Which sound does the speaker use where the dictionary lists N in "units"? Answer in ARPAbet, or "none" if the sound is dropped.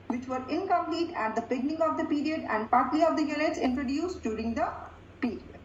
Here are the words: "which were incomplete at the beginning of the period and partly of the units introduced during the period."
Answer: L